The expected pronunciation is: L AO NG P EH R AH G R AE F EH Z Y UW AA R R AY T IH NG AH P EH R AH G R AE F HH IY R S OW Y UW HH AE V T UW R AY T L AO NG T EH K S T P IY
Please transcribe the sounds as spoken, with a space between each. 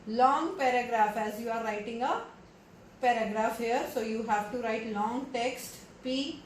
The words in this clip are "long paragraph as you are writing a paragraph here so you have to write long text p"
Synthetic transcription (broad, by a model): L AO NG P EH R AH G R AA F EH Z Y UW AA R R AY T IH NG AH P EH R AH G R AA F HH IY R S OW Y UW HH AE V T UW R AY T L AO NG T EH K S T P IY